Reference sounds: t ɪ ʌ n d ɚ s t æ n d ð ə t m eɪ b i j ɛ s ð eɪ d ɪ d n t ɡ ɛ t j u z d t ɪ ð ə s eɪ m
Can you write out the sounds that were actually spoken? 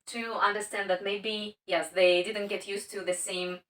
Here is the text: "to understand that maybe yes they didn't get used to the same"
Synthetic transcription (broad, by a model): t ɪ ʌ n d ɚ s t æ n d ð ə t m eɪ b i j ɛ s ð eɪ d ɪ d n t ɡ ɛ t j u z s t ɪ ð ə s eɪ m